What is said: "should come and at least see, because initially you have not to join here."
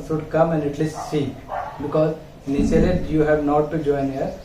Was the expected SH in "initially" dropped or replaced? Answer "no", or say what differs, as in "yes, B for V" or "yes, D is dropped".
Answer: yes, S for SH